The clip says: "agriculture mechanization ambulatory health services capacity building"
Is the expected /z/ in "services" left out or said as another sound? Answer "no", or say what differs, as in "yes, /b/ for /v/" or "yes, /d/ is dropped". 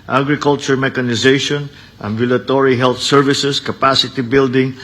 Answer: yes, /s/ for /z/